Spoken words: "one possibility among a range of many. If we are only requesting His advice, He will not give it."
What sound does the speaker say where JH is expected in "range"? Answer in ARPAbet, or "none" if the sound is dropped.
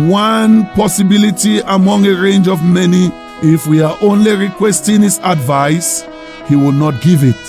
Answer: JH